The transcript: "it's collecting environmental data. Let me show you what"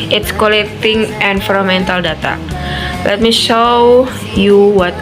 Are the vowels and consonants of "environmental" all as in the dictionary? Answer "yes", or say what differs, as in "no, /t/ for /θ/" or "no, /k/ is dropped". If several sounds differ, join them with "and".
no, /f/ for /v/ and /n/ is dropped